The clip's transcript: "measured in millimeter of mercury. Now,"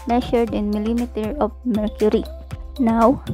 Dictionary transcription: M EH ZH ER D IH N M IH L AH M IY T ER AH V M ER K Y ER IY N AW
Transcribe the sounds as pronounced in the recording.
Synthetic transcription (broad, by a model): M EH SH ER D IH N M IH L AH M IY T ER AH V M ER K Y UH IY N AW